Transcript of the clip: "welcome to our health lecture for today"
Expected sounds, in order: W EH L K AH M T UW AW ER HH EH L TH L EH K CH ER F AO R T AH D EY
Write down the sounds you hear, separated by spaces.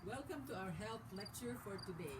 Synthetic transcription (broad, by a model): W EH L K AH M T UW AW ER HH EH L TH L EH K CH ER F AO R T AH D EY